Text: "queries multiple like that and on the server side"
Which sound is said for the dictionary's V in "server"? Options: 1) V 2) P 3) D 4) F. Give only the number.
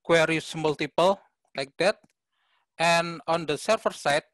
4